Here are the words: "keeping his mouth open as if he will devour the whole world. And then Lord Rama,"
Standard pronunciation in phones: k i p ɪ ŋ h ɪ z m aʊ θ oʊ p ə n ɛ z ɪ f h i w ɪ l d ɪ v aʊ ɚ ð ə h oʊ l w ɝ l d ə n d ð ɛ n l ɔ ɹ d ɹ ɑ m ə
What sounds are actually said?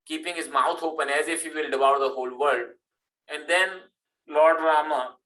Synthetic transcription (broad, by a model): k i p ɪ ŋ h ɪ z m aʊ t oʊ p ə n ɛ z ɪ f h i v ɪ l d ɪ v aʊ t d ə h oʊ l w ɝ l d ə n d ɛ n l ɔ ɹ d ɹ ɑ m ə